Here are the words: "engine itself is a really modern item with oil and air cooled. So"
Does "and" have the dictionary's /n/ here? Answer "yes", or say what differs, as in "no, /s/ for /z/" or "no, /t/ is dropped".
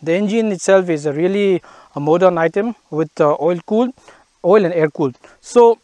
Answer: no, /l/ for /n/